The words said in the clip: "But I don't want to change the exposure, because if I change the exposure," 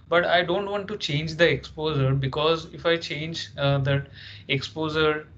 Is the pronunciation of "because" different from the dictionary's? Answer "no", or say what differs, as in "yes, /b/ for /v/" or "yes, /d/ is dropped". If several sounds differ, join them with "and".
no